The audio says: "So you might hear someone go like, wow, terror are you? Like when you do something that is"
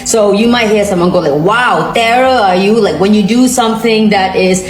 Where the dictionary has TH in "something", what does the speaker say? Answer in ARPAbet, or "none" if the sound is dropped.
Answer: TH